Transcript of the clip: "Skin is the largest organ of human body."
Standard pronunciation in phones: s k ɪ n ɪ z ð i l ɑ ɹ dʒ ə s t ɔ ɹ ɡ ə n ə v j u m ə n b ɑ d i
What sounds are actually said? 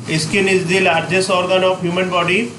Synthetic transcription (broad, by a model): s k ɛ n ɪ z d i l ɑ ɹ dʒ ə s ɔ ɹ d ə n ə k j u m ə n b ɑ d i